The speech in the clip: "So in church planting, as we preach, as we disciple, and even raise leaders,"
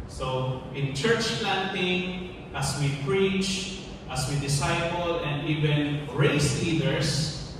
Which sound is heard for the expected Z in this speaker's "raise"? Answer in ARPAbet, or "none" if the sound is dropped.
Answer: S